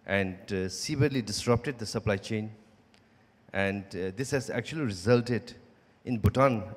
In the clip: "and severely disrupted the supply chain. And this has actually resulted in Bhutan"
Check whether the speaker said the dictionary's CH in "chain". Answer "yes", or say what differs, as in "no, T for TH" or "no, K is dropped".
yes